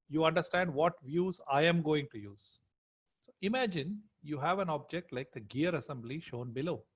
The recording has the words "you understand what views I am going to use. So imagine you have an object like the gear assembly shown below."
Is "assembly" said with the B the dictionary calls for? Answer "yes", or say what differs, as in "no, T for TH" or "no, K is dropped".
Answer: yes